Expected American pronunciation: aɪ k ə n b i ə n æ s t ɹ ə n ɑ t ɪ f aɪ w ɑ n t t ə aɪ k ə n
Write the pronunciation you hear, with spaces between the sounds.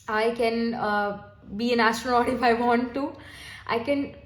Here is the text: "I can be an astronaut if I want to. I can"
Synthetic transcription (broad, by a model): aɪ k ə n b i ə n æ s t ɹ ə ɑ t ɪ f aɪ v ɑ n t t ə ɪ k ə n